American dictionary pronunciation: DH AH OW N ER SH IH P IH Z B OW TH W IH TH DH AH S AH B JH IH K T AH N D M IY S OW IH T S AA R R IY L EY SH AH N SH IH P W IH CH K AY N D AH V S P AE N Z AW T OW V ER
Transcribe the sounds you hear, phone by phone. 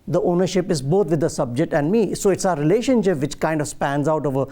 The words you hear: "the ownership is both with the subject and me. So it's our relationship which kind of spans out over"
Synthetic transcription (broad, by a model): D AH OW N ER SH IH P IH Z B OW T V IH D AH S AH B JH IH K T AH N D M IY S OW IH T S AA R R IY L EY SH AH N SH IH P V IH CH K AY N D AH V S P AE N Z AW T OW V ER